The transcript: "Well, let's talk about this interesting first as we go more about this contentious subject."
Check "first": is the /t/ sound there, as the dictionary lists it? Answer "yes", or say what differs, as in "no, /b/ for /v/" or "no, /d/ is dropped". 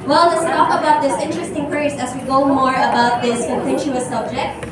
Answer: no, /t/ is dropped